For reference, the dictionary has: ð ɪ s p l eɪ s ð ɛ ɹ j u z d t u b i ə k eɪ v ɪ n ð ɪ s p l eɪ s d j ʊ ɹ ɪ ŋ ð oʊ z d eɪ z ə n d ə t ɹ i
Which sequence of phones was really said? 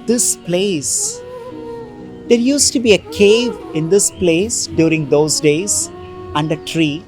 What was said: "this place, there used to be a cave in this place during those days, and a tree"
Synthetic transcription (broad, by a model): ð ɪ s p l eɪ s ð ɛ ɹ j u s t u b i ə k eɪ v ɪ n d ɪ s p l eɪ s d j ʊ ɹ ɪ ŋ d oʊ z d eɪ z ə n d ə t ɹ i